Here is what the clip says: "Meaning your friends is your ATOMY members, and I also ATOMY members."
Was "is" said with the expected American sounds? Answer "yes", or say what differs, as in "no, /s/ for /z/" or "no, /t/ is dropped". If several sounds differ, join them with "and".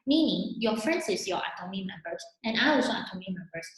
no, /s/ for /z/